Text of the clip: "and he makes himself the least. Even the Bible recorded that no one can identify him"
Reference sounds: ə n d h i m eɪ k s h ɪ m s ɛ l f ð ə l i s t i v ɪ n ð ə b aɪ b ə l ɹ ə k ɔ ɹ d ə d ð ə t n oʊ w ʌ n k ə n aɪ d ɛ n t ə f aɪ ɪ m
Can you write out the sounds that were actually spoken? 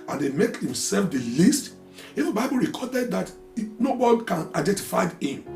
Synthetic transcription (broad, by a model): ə n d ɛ m eɪ k h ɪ m s ɛ l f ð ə l i s t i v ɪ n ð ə b aɪ b ə l ɹ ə k ɔ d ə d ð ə t n oʊ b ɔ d k ə n aɪ d ɛ n t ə f aɪ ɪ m